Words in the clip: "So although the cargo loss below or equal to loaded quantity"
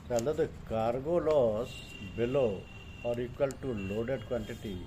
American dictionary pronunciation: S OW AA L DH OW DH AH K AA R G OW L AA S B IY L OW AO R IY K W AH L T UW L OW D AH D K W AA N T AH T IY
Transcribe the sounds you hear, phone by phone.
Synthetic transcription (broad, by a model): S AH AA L OW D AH K AA R G OW L AA S B IY L OW AO R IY K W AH L T UW L OW D AH D K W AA N T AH T IY